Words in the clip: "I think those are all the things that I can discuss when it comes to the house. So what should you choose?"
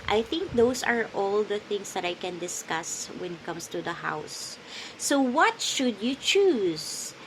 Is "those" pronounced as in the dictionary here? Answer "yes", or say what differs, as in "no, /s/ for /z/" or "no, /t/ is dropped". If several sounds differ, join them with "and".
no, /s/ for /z/